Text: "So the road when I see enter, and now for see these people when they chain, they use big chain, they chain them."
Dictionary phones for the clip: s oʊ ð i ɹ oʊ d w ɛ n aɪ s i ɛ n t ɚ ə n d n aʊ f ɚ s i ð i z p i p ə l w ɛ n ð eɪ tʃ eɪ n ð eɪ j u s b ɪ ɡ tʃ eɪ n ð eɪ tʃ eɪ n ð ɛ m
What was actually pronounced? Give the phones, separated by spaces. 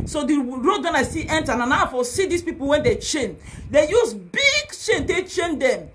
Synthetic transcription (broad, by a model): s oʊ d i ɹ oʊ d w ɛ n aɪ s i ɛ n t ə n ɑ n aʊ f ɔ s i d i s p i p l w ɛ n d eɪ tʃ eɪ n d eɪ j u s b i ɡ tʃ eɪ n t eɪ tʃ eɪ n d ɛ m